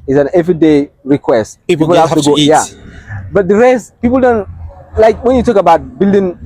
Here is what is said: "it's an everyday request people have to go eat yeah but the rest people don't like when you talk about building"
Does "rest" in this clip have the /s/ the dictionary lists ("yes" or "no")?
yes